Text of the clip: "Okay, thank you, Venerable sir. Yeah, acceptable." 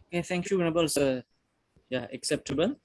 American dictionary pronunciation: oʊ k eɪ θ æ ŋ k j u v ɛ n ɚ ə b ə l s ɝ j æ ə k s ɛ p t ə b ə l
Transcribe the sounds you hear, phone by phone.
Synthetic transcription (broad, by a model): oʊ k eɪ t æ ŋ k j u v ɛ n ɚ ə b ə l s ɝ j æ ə k s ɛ p t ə b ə l